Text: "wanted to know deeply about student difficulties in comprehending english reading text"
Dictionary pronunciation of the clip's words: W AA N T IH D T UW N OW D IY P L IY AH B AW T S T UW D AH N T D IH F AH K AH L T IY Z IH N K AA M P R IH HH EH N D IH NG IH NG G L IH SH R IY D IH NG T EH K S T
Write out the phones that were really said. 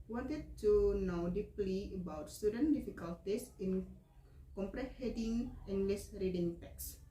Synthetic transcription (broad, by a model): W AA N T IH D T UW N OW D IY P L IY AH B AW T S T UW D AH N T D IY F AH K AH L T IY S IH N K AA M P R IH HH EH D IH NG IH NG G L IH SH R IY D IH NG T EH K S